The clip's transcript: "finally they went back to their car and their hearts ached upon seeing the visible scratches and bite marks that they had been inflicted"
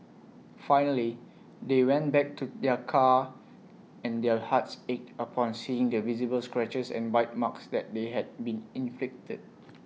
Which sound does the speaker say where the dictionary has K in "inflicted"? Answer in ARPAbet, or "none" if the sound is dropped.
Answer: K